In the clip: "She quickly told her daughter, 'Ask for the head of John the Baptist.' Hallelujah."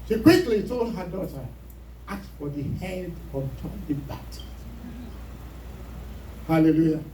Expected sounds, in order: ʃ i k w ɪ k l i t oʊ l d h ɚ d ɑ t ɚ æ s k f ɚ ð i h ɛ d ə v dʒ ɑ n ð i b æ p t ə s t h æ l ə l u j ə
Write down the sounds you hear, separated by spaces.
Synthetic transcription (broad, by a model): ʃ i k w ɪ k l i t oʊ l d h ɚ d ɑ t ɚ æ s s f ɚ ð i h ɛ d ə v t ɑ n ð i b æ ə t h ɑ l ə l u j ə